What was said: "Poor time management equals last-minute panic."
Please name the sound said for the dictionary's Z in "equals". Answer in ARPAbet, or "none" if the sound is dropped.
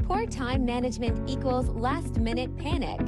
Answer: Z